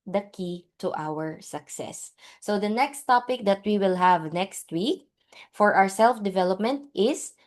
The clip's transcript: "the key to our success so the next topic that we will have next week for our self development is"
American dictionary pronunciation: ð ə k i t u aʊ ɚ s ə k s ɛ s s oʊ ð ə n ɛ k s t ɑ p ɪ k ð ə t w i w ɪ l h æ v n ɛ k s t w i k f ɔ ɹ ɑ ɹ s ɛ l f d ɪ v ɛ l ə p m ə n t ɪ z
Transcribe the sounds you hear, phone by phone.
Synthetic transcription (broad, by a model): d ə k i t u aʊ ɚ s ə k s ɛ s s oʊ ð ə n ɛ k s t ɑ p ɪ k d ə t w i w ɪ l h æ v n ɛ k s t w i k f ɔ ɹ ɑ ɹ s ɛ l f d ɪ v ɛ l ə p m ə n t ɪ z